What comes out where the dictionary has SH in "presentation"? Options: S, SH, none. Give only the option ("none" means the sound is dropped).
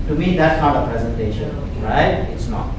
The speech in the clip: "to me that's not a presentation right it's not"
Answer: SH